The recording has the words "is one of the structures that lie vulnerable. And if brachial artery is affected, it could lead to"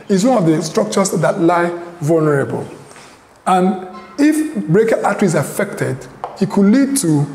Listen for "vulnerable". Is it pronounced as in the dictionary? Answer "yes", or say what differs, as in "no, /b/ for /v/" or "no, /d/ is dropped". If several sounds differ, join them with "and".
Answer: yes